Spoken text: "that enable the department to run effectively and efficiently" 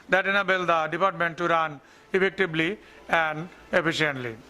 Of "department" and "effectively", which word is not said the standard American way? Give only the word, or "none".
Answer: effectively